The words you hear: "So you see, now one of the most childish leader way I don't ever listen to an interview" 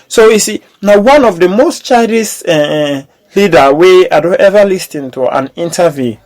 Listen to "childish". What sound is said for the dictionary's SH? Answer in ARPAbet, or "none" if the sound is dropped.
S